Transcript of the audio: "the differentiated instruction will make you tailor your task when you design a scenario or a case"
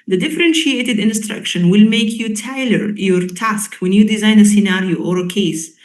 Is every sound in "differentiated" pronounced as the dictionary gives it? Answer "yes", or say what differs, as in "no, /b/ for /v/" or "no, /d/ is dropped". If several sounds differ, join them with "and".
yes